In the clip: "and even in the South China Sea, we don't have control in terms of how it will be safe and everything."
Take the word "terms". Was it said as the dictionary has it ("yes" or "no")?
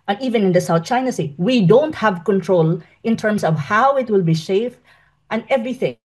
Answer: no